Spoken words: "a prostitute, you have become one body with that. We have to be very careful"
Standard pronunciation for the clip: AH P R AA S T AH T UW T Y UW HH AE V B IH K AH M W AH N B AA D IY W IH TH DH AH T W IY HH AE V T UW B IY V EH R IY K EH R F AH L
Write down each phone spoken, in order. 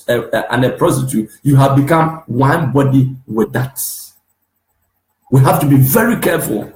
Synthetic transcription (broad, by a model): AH P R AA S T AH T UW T Y UW HH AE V B IH K AH M W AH N B AA D IY W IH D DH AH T W IY HH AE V T UW B IY V EH R IY K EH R F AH L